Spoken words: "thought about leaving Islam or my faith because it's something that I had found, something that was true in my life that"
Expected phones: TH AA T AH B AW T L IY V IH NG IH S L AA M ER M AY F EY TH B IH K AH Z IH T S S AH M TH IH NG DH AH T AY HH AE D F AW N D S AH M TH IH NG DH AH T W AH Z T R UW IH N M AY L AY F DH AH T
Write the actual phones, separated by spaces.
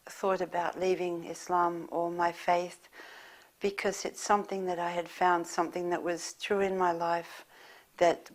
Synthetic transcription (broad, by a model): TH AA T AH B AW T L IY V IH NG IH S L AA M ER M AY F EY TH B IH K AH Z IH T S S AH M TH IH NG DH AH T AY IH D F AW N D S AH M TH IH NG DH AH T W AH Z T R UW IH N M AY L AY F DH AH T